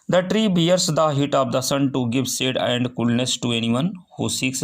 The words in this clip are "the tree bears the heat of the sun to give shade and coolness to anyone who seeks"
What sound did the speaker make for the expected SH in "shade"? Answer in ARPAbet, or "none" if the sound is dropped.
S